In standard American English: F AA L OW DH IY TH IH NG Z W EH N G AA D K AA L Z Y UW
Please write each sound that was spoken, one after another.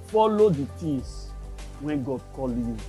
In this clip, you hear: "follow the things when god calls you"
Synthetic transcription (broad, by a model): F AA L OW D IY T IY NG S W EH N G AA D K AA L Y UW